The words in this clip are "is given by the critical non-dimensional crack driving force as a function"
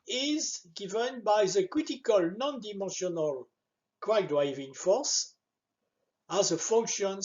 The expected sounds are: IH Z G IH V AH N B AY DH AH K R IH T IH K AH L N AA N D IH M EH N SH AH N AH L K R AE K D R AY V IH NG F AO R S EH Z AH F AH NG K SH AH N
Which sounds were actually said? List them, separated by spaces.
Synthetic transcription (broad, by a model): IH Z G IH V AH N B AY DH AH K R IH T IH K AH L N AA N D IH M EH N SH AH N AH L K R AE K D R AY V IH NG F AO R S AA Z AH F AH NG K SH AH N